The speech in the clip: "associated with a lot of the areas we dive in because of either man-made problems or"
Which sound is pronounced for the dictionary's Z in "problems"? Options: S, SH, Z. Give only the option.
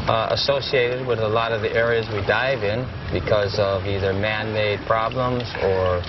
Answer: Z